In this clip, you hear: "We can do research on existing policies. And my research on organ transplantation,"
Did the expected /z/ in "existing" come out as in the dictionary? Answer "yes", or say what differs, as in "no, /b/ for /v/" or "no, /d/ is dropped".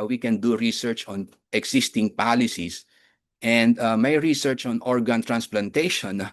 no, /s/ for /z/